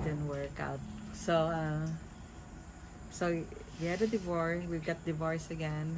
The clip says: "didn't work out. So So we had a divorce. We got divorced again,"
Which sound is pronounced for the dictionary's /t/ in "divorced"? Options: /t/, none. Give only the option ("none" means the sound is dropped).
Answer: none